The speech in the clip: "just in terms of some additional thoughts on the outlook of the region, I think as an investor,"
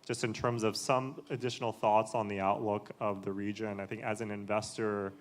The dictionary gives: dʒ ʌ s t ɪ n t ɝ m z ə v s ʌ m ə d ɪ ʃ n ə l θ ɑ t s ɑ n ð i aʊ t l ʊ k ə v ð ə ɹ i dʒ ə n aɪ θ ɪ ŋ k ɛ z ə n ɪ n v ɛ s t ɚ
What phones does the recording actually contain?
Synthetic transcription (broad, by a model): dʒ ʌ s t ɪ n t ɝ m z ə v s ʌ m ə d ɪ ʃ n l θ ɑ t s n ð i aʊ t l ʊ k ə v ð ə ɹ i dʒ ə n aɪ θ ɪ ŋ k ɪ z ə n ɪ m v ɛ s t ɚ